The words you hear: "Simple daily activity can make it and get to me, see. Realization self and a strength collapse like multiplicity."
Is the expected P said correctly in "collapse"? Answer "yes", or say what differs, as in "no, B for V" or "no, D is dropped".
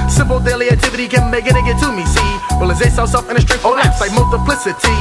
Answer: no, P is dropped